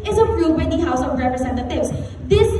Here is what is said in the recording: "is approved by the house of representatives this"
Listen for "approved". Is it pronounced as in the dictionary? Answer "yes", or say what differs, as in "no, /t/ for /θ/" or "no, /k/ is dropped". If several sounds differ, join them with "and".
no, /v/ is dropped